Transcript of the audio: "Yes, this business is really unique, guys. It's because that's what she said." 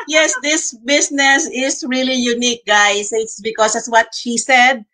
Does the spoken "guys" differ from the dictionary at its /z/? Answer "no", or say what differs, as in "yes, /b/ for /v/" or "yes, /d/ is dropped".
yes, /s/ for /z/